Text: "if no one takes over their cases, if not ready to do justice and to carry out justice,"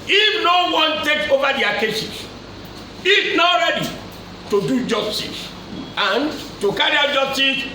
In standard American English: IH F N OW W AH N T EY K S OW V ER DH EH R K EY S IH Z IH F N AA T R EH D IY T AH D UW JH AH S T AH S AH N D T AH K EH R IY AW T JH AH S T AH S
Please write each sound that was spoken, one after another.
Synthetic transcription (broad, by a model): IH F N OW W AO N T EY K OW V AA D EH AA K EY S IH S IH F N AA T R EH D IY T AH D UW JH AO S T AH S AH N T AH K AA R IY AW JH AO S T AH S